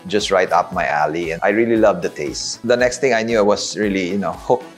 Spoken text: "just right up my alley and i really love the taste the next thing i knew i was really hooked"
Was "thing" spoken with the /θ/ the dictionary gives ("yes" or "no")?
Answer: no